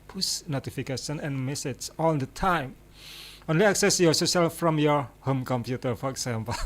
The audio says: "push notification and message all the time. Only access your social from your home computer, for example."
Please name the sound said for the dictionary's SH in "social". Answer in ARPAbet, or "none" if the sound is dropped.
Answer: S